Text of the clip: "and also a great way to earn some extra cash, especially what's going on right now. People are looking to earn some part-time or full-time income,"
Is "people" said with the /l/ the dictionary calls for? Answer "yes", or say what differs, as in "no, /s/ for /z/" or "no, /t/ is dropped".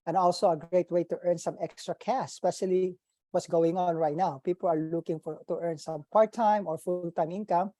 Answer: yes